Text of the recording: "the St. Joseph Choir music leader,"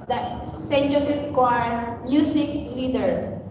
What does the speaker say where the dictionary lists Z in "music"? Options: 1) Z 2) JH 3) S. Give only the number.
3